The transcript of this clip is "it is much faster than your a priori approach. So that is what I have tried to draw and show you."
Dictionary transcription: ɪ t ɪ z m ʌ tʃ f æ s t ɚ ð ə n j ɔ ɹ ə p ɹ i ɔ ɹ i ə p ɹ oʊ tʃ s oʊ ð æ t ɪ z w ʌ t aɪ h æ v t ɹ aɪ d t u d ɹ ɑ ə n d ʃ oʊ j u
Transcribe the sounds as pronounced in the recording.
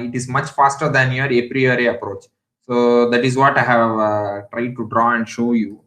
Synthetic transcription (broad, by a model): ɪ t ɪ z m ʌ tʃ f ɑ s t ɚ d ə n j ɔ ɹ ə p ɹ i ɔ ɹ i ə p ɹ oʊ tʃ s oʊ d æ t ɪ z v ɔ t aɪ h æ v t ɹ aɪ d t u d ɹ ɑ ə n d ʃ oʊ j u